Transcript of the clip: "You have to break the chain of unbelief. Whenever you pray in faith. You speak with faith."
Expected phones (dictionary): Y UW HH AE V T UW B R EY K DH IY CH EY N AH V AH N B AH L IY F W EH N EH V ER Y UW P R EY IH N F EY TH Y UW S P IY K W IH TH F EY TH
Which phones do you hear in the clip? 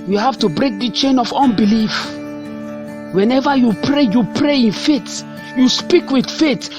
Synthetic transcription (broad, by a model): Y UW HH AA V T UW B R EY K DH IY CH EY N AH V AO N B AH L IY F W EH N EH V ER Y UW P R EY IH N F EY T Y UW S P IY K W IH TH F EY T